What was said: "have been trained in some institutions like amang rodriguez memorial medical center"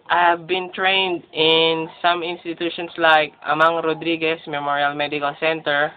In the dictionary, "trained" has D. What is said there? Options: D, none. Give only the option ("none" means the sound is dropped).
D